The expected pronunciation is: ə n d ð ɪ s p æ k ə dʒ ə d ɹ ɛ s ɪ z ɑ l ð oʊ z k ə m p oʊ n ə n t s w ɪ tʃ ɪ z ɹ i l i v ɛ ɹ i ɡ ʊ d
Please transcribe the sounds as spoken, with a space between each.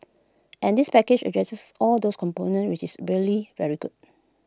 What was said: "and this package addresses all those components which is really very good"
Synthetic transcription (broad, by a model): ə n d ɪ s p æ k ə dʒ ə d ɹ ɛ s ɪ s ɑ l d oʊ s k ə m p oʊ n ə n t w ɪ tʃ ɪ s ɹ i l i v ɛ ɹ i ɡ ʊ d